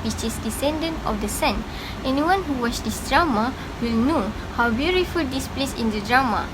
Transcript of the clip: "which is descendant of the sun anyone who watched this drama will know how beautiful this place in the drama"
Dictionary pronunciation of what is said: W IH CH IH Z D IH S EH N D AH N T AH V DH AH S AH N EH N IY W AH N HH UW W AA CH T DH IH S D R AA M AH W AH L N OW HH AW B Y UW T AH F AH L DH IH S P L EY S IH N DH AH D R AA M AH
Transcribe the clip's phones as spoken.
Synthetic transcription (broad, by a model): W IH CH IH S D IH S EH N D AH N T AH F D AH S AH N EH N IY W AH N HH UW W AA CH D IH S D R AA M AH W AH L N OW HH AW B Y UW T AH F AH L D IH S P L EY S IH N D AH D R AA M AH